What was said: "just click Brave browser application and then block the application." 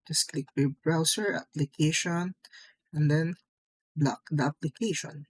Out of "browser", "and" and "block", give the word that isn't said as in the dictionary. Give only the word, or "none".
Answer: browser